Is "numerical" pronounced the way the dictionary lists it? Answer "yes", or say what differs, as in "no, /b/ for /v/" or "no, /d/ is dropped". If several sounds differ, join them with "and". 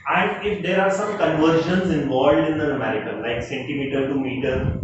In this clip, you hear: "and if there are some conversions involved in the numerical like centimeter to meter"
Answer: no, /n/ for /l/